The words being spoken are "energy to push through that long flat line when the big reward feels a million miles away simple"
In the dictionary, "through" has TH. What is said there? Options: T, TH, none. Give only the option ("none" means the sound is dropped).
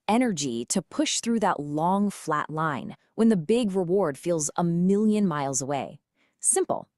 TH